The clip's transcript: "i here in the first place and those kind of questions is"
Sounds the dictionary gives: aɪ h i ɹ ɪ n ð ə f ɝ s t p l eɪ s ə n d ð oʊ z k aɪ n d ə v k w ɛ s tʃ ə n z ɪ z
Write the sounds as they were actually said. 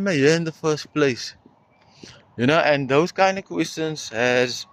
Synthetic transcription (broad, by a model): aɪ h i ɪ n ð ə f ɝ s t p l eɪ s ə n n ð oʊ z k aɪ n d ə v k w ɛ s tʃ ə n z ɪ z